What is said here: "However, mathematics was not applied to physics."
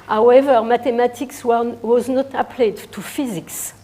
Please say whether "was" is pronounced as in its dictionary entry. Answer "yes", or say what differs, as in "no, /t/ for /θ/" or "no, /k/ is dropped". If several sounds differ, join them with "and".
yes